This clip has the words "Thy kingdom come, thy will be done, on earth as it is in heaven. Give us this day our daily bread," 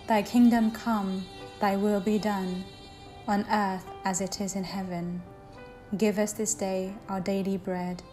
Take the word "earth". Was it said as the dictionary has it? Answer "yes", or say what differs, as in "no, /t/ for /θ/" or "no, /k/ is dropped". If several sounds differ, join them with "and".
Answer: yes